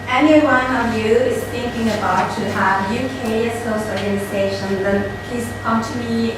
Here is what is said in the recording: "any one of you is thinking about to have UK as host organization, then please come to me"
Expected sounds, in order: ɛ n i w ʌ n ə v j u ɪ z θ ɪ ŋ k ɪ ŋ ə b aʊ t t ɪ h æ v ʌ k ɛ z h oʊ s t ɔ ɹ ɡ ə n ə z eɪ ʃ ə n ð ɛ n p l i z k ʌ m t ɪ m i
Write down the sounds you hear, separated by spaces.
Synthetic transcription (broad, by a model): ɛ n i w ʌ n ə v j u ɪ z θ ɪ ŋ k ɪ ŋ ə b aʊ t t ɪ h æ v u k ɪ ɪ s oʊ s ɔ ɹ ɡ ə n ə z eɪ ʃ ə n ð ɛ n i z k ʌ m t ɪ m i